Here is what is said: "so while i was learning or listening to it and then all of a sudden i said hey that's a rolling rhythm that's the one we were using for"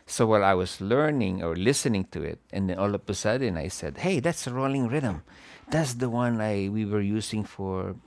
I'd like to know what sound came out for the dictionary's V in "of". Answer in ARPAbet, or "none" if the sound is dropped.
P